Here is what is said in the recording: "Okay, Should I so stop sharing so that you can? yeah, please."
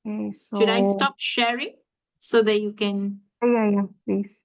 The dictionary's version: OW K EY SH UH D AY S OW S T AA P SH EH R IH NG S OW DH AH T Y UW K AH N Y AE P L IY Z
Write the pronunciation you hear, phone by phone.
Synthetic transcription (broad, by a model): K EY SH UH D AY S S T AA P SH EH R IH NG S OW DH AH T Y UW K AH N Y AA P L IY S